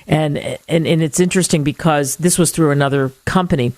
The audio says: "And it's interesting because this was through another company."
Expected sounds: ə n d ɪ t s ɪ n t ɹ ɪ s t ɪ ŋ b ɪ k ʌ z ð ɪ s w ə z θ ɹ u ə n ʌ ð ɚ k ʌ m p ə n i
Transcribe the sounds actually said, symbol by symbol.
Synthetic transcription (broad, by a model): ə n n ɪ t s ɪ n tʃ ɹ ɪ s t ɪ ŋ b ɪ k ʌ z ð ɪ s w ə z θ ɹ u ə n ʌ ð ɚ k ʌ m p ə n i